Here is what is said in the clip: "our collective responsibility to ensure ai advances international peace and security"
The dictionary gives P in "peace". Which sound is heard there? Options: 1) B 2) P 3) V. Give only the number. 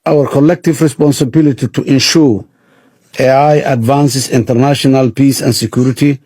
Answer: 2